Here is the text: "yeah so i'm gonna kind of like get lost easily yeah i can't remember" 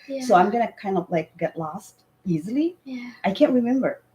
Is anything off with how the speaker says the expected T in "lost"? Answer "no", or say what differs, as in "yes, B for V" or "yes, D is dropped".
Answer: no